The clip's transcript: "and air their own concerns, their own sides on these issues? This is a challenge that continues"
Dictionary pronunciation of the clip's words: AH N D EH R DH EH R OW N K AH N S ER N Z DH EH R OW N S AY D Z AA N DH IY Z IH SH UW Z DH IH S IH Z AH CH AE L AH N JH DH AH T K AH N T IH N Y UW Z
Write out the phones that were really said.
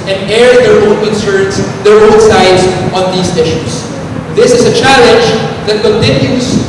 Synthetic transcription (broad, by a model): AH N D EH R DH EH R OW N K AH N S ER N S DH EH R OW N S AY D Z AA N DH IY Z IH SH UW S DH IH S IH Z AH CH AE L AH N JH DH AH T K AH N T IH N Y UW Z